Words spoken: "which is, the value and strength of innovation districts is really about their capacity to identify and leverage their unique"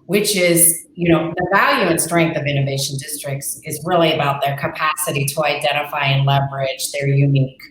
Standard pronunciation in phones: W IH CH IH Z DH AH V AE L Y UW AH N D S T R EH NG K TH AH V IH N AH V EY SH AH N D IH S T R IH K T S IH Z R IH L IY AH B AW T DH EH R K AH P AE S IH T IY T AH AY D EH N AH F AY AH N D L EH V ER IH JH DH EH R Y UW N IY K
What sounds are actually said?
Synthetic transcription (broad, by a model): W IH CH IH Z DH AH V AE L Y UW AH N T S T R EH NG K TH AH V IH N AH V EY SH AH N D IH S T R IH K T S IH Z R IH L IY AH B AW T DH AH R K AH P AE S IH T IY T AH AY D EH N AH F AY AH N L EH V ER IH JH DH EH R Y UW N IY K